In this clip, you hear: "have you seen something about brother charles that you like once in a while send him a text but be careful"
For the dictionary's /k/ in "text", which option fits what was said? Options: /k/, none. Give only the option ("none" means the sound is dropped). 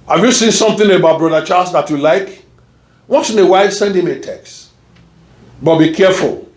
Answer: /k/